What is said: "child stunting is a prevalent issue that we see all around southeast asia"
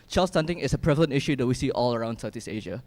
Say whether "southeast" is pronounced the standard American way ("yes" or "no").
no